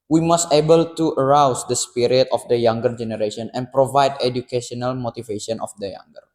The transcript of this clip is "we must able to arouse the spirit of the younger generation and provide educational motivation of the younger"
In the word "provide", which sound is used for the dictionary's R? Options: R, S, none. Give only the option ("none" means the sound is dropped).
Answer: R